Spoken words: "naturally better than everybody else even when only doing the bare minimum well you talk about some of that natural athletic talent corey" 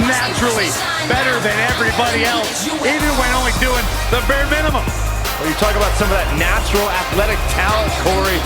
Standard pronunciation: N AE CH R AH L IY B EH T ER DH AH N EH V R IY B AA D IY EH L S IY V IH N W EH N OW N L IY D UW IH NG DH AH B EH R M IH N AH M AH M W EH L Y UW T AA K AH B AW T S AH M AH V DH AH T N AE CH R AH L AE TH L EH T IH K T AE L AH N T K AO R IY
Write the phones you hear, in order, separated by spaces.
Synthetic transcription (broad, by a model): N AE CH R L IY B EH T ER DH AH N EH V R IY B AA D IY EH L S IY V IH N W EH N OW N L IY D UW IH NG DH AH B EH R M IH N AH M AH M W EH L Y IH T AA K AH B AW T S AH M AH V DH AH T N AE CH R L AE TH L EH T IH K T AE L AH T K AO R IY